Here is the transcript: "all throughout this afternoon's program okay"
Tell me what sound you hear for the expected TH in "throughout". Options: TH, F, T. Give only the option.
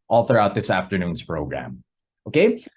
TH